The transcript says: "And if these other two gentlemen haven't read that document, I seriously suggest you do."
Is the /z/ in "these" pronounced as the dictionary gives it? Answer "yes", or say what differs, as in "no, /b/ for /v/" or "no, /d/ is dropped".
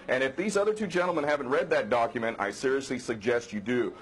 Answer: yes